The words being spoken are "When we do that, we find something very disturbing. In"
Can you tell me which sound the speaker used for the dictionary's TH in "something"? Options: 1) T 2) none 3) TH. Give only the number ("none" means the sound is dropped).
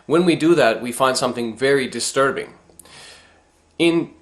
3